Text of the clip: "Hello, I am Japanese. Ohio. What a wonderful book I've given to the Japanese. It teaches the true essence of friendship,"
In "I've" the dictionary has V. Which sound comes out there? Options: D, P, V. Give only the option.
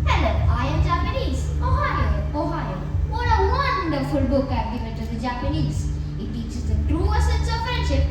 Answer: P